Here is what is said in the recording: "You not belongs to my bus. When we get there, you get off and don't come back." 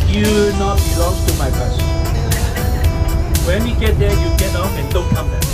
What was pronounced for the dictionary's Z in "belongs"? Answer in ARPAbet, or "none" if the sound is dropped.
none